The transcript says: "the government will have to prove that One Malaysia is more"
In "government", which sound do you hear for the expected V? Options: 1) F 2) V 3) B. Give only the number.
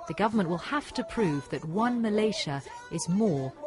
2